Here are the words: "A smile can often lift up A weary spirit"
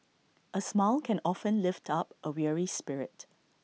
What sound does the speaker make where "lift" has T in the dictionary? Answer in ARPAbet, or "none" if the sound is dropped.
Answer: T